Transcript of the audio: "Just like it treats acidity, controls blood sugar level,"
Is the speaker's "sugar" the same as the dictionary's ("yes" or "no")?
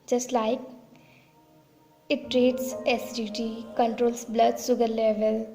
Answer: no